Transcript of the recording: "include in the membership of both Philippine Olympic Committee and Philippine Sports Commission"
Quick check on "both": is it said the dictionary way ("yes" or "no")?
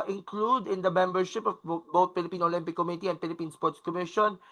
no